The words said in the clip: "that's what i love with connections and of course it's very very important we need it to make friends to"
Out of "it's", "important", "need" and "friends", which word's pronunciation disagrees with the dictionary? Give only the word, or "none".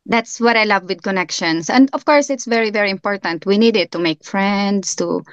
friends